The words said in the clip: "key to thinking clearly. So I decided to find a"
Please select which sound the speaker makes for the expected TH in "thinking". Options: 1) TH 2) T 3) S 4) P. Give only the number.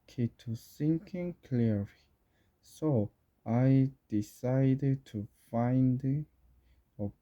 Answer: 3